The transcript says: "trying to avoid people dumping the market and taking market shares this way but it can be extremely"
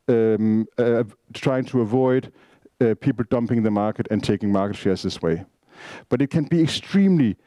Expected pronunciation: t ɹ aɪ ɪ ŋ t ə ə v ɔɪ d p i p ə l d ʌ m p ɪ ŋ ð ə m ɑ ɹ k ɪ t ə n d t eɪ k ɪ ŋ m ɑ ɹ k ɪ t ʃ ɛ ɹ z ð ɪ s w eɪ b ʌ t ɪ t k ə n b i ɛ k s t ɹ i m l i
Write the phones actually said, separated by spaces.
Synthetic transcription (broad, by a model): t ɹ aɪ ɪ ŋ t ə ə v ɔɪ d p i p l d ʌ m p ɪ ŋ ð ə m ɑ ɹ k ɪ t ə n t eɪ k ɪ ŋ m ɑ ɹ k ɪ t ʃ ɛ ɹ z ð ɪ s w eɪ b ʌ t ɪ t k ə n b i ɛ k s t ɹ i m l i